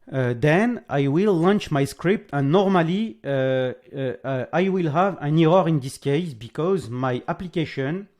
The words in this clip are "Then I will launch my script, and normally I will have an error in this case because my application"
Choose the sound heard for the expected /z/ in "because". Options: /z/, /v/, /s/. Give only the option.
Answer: /z/